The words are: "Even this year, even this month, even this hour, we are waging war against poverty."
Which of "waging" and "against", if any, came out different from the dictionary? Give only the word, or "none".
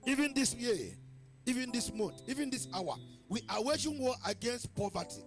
waging